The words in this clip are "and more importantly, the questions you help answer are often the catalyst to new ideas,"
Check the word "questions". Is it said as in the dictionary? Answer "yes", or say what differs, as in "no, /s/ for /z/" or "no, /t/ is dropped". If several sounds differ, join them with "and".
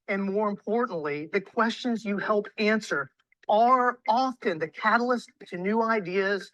yes